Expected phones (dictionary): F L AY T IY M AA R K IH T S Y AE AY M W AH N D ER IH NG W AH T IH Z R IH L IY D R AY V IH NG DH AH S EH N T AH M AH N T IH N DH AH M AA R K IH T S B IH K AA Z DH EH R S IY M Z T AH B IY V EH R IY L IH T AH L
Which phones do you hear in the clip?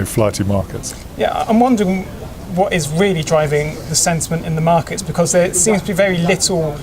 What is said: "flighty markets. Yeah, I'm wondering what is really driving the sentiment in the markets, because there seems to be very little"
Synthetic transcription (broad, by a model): F L AY T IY M AA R K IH T S Y AE AY M W AH N D ER IH NG W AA T IH Z R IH L IY D R AY V IH NG DH AH S EH N T AH M AH N T IH N DH AH M AA K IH T S B IH K AA Z DH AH S IY M Z T AH B IY V EH R IY L IH T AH L